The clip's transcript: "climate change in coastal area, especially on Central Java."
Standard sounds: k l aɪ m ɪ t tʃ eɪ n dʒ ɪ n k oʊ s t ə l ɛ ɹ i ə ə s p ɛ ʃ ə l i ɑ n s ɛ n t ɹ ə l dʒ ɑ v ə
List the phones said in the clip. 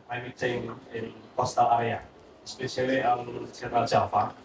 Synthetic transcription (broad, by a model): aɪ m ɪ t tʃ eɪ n ɪ n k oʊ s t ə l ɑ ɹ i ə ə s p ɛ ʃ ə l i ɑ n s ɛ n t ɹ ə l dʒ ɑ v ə